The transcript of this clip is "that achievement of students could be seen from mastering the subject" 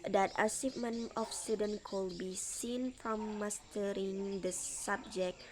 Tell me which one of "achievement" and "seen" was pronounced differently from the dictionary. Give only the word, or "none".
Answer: achievement